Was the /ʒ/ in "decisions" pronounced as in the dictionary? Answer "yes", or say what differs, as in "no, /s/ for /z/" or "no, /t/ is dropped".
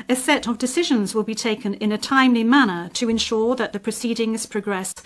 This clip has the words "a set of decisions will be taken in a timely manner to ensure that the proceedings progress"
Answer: yes